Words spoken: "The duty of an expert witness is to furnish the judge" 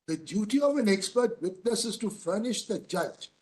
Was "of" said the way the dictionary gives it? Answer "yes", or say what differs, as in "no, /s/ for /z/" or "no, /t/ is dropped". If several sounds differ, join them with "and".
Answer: yes